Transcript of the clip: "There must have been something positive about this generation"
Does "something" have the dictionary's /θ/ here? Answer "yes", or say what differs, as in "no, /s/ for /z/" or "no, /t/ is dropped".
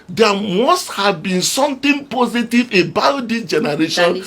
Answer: no, /t/ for /θ/